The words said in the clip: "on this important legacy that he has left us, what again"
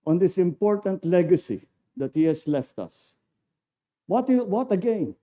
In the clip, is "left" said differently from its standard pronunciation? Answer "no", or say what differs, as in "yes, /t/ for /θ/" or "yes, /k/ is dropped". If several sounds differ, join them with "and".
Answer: no